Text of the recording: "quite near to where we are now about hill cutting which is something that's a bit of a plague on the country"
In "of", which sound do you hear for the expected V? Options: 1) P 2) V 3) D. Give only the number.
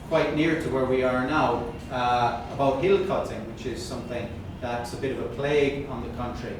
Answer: 2